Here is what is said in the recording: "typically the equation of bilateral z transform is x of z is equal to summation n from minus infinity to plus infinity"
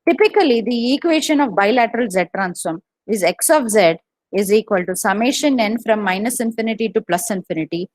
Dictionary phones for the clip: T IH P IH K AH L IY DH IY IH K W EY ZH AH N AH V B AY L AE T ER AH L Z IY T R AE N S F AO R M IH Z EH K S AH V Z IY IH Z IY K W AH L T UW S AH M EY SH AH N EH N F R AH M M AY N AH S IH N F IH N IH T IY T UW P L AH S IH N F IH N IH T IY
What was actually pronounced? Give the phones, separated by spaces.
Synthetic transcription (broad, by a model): T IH P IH K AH L IY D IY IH K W EY SH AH N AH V B AY L AE T ER AH L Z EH T R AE N S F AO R M IH Z EH K S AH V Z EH IH Z IY K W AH L T UW S AH M EY SH AH N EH N F R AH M M AY N AH S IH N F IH N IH T IY T UW P L AH S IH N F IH N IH T IY